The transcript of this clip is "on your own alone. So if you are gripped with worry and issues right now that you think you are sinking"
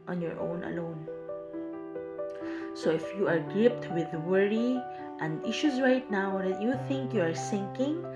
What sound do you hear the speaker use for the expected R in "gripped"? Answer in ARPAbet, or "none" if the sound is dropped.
none